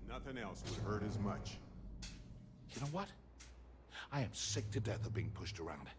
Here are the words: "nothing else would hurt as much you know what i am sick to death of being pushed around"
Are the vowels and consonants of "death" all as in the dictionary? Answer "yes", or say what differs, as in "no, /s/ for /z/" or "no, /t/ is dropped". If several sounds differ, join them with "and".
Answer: yes